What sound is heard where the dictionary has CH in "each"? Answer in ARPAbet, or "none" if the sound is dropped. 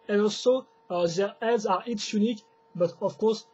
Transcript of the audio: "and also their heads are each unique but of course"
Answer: S